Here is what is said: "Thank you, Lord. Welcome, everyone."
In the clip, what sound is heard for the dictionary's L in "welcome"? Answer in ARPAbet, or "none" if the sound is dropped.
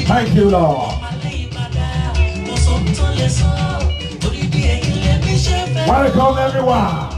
none